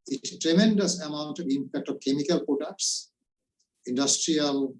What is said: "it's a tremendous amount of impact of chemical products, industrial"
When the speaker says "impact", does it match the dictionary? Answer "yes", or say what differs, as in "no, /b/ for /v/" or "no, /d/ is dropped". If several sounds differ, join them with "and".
yes